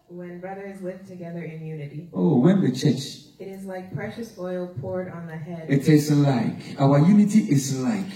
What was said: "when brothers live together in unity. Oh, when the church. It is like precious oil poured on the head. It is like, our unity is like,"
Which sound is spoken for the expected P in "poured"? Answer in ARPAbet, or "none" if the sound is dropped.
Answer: P